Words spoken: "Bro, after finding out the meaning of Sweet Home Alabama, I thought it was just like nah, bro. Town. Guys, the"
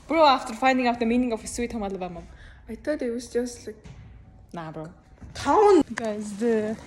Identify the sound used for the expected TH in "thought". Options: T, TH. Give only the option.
T